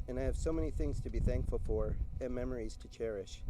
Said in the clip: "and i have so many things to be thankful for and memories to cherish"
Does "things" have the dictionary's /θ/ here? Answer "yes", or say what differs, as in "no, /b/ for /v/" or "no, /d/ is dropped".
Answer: yes